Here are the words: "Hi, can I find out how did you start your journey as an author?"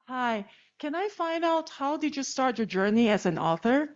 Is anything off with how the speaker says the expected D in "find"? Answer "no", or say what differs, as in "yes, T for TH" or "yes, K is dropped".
no